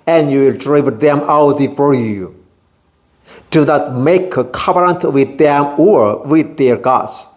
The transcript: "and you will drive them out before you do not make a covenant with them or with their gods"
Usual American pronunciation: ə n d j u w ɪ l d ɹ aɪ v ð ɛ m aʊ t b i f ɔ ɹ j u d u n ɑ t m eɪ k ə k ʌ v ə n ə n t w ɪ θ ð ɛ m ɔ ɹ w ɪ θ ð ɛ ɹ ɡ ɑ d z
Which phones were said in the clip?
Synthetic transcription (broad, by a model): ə n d j u w ɪ l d ɹ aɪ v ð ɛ m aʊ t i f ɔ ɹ j u d u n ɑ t m eɪ k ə k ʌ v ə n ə n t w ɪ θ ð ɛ m ɔ ɹ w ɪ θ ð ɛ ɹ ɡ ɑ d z